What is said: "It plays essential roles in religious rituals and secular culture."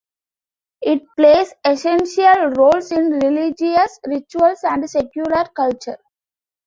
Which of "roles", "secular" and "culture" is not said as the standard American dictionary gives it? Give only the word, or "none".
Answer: roles